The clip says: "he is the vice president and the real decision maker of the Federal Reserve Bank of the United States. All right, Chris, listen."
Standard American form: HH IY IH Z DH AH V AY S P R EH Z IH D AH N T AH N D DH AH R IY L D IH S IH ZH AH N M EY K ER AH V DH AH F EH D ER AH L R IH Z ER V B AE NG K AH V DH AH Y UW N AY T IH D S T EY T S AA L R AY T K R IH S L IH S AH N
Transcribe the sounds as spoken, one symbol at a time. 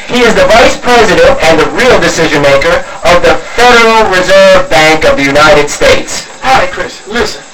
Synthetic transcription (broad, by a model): HH IY IH Z DH AH V AY S P R EH Z IH D AH N T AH N DH AH R IY L D IH S IH ZH AH N M EY K ER AH V DH AH F EH D ER L R IH Z ER V B AE NG K AH V DH AH Y UW N AY T IH D S T EY T S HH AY K R IH S L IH S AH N